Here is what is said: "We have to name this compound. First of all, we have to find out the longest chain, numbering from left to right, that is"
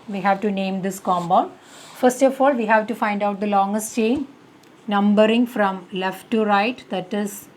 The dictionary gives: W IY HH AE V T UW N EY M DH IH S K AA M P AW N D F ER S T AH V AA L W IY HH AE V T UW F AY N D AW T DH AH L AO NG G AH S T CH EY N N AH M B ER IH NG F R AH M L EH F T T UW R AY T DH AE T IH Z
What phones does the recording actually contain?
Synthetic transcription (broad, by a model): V IY HH AE V T UW N EY M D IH S K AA M B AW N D F ER S T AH F AA L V IY HH AE V T UW F AY N D AW T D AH L AO NG G AH S T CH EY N N AH M B ER IH NG F R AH M L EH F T T UW R AY T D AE T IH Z